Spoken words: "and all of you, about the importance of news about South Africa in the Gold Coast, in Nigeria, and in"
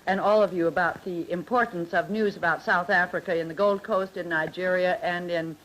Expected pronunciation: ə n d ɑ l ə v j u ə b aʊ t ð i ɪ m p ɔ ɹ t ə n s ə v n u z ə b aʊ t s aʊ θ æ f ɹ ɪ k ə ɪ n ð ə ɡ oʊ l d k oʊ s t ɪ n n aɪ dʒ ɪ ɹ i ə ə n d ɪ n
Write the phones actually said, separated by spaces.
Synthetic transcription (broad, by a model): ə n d ɑ l ə v j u ə b aʊ t ð i ɪ m p ɔ ɹ t n s ə v n u z ə b aʊ t s aʊ θ æ f ɹ ɪ k ə ɪ n ð ə ɡ oʊ l d k oʊ s t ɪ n n aɪ dʒ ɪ ɹ i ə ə n ɪ n